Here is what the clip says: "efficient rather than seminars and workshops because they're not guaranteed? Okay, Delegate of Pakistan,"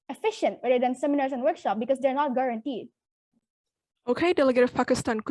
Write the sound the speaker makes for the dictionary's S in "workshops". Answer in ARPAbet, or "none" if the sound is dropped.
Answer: none